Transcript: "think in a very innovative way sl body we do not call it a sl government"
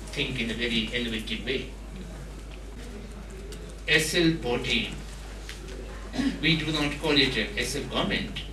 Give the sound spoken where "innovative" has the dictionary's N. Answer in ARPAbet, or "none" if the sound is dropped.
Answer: L